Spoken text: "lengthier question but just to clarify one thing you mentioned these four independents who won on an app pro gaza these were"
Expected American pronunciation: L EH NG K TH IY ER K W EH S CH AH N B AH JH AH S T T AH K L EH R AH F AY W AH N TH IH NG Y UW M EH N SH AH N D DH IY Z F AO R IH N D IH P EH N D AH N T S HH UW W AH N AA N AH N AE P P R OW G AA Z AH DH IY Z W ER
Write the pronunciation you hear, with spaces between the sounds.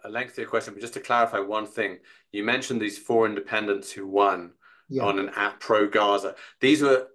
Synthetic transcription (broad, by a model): L EH NG K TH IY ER K W EH S CH AH N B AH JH AH S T T AH K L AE R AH F AY W AH N TH IH NG Y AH M EH N SH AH N DH IY Z F AO R IH N D IH P EH N D AH N T S HH UW W AH N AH N AH N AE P P R OW G AA Z AH DH IY Z W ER